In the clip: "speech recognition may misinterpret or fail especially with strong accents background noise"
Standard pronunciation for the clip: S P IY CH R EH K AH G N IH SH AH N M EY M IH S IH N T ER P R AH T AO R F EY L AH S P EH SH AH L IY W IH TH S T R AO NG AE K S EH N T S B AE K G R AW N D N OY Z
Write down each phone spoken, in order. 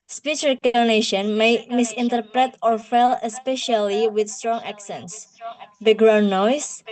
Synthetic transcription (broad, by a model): S P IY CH R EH K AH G N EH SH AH N M EY M IH S IH N T ER P R AH T AO R F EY L AH S P EH SH AH L IY W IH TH S T R AO NG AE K S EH N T S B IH G R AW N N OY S